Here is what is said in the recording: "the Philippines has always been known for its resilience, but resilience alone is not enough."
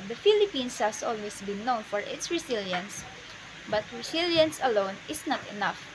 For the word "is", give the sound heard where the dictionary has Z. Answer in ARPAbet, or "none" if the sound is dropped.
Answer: S